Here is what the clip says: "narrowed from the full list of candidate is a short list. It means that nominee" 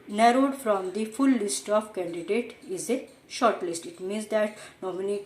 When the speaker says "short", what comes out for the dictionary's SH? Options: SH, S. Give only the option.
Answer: SH